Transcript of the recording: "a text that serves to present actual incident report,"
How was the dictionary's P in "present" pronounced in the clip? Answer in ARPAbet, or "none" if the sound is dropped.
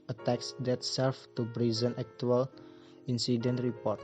B